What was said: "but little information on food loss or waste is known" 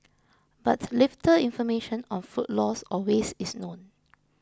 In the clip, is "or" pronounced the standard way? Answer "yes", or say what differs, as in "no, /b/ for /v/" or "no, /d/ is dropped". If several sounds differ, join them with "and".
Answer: no, /l/ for /ɹ/